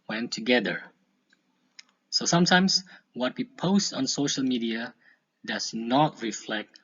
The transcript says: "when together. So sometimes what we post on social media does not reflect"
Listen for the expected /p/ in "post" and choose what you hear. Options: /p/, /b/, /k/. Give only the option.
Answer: /p/